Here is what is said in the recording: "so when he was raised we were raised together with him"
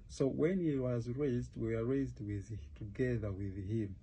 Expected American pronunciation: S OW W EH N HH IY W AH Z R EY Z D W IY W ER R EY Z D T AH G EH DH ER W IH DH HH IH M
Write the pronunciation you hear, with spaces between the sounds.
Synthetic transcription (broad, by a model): S OW W EH N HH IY W AH Z R EY Z D W IY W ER R EY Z D T AH G EH DH ER W IH DH HH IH M